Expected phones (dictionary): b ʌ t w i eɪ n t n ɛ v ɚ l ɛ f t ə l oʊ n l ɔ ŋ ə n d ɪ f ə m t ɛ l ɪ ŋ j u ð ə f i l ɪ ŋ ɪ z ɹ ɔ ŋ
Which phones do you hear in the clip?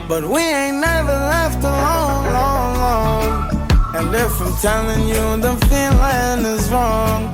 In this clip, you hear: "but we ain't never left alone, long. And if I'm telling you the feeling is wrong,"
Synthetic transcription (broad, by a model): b ʌ t w i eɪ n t n ɛ v ɚ l ɛ f t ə l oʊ l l ɔ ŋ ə n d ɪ f ə m t ɛ l ɪ ŋ j u ð ə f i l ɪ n ɪ z ɹ ɔ ŋ